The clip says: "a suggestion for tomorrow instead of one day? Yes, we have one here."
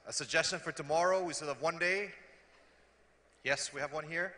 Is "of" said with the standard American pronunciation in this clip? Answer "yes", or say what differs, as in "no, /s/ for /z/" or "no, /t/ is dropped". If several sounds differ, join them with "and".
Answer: yes